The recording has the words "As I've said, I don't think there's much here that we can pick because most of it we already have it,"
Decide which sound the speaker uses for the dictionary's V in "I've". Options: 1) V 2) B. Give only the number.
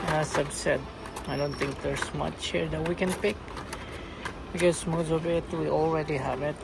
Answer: 2